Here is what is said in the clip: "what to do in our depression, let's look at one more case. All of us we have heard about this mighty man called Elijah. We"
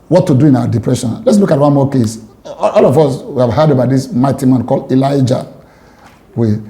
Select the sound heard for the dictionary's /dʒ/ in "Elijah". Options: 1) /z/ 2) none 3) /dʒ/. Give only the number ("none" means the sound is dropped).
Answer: 3